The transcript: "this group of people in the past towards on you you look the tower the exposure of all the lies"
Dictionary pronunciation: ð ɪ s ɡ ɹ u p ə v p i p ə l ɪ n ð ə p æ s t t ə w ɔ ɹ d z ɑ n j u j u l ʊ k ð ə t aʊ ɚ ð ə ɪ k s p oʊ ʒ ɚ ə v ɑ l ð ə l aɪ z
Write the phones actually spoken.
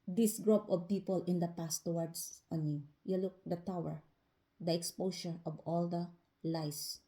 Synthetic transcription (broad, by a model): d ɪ s ɡ ɹ u p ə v p i p ə l ɪ n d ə p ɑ s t t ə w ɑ ɹ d s ɑ n j u j u l ʊ k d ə t aʊ ɚ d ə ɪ k s p oʊ ʃ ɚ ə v ɑ l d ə l aɪ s